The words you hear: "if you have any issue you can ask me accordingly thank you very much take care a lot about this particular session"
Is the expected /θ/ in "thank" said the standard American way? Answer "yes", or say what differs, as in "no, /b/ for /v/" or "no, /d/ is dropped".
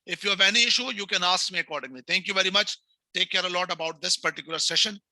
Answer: no, /t/ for /θ/